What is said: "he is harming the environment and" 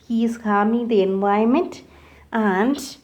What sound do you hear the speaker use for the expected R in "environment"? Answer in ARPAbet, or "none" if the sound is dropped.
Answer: none